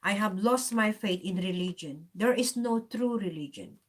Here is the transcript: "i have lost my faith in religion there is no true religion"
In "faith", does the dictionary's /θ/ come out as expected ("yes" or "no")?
no